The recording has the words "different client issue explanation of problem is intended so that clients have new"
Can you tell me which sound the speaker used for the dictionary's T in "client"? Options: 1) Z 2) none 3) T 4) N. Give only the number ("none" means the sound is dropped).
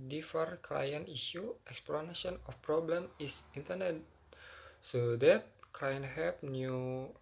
2